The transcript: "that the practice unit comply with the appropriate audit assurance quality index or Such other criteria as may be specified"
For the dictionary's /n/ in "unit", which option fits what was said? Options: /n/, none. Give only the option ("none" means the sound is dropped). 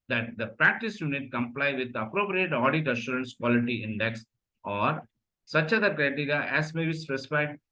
/n/